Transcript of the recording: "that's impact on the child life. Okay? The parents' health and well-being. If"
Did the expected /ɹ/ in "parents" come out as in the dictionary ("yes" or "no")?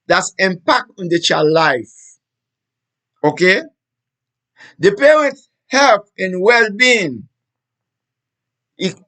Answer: yes